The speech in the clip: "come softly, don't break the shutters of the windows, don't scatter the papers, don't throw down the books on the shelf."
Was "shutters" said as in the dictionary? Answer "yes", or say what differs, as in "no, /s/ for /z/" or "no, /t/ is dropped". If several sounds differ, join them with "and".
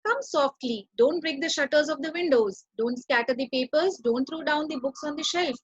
yes